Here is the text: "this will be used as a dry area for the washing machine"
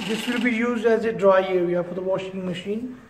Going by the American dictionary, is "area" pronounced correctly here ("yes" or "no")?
no